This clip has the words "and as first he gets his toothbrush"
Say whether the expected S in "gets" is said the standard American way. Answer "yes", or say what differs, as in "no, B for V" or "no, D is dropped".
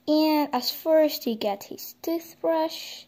no, S is dropped